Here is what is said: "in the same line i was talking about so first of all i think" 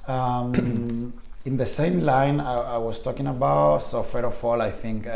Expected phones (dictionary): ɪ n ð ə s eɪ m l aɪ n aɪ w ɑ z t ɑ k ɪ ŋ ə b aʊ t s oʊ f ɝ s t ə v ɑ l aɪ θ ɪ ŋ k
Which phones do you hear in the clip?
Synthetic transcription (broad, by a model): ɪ n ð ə s eɪ m l aɪ n aɪ w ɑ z t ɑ k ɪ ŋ ə b aʊ t s oʊ f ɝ t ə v ɑ l aɪ θ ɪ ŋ k